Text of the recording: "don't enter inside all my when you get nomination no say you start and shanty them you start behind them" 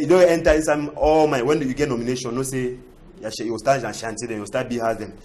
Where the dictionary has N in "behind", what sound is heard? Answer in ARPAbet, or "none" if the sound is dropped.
none